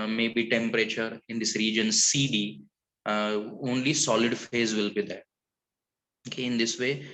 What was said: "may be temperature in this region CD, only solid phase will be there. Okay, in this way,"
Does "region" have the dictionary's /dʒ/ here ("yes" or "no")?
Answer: yes